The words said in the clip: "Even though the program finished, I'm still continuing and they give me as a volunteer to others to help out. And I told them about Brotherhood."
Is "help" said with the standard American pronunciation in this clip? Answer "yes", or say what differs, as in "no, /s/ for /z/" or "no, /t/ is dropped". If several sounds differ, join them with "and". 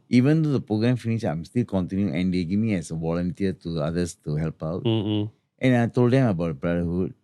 yes